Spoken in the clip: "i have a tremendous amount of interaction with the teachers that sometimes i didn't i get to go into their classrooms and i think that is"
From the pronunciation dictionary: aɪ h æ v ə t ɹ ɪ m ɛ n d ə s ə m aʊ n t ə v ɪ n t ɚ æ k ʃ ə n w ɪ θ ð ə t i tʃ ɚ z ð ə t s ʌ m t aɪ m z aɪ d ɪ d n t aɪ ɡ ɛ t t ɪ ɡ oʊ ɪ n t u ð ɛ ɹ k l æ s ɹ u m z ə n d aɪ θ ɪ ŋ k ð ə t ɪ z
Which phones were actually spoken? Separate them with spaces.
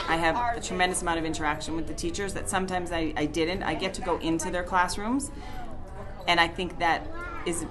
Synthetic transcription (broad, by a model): aɪ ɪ v ə t ɹ ɪ m ɛ n d ə s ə m aʊ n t ə v ɪ n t ɚ æ k ʃ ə n w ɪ ð ə t i tʃ ɚ z ð ə t s ʌ m t aɪ m z aɪ d ɪ d n t aɪ ɡ ɛ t t ɪ ɡ oʊ ɪ n t u ð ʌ ɹ k l æ s ɹ u m z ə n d aɪ θ ɪ ŋ k ð ə t ɪ z